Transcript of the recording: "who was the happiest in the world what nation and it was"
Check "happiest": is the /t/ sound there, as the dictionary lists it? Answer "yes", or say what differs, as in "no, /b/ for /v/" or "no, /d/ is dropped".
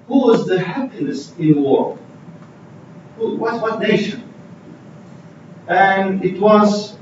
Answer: no, /t/ is dropped